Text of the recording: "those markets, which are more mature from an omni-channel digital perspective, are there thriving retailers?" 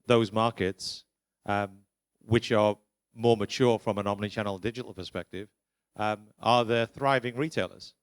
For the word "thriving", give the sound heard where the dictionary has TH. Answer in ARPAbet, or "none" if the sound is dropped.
TH